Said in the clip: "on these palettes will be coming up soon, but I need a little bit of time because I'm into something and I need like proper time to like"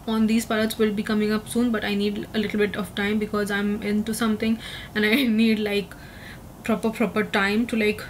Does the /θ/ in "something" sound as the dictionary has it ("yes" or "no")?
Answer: no